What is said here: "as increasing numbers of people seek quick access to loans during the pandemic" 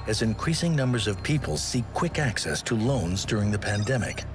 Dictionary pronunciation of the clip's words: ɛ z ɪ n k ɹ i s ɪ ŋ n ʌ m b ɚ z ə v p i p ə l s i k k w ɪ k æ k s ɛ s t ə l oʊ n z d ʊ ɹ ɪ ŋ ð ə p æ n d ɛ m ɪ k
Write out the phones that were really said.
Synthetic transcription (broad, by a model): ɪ z ɪ n k ɹ i s ɪ ŋ n ʌ m b ɚ z ə v p i p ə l s i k k w ɪ k æ k s ɛ s t ə l oʊ n z d ʊ ɹ ɪ ŋ ð ə p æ n d ɛ m ɪ k